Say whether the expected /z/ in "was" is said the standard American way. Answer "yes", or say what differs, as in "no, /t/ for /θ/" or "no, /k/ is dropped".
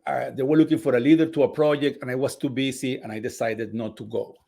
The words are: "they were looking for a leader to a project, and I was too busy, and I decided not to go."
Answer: no, /s/ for /z/